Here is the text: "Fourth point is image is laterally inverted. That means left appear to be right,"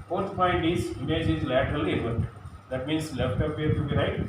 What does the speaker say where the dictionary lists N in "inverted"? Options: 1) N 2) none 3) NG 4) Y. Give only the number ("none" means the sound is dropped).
2